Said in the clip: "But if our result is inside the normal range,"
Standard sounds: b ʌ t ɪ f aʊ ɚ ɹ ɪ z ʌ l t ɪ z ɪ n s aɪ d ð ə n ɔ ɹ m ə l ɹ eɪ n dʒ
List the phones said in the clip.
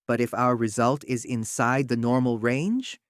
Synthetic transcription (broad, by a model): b ʌ t ɪ f aʊ ɚ ɹ ɪ z ʌ l t ɪ z ɪ n s aɪ d ð ə n ɔ ɹ m l ɹ eɪ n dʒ